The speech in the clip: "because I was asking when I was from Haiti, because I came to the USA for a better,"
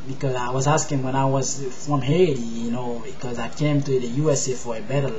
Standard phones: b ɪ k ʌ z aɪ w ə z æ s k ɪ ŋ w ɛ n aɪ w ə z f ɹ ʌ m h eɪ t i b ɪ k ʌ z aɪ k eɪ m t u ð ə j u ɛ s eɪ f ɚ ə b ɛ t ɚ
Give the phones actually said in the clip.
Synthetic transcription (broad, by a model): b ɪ k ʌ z aɪ w ə z æ s k ɪ ŋ w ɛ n aɪ w ə z f ɹ ʌ m h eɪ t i b ɪ k ʌ z aɪ k eɪ m t u ð ə j u ɛ s eɪ f ɚ ə b ɛ t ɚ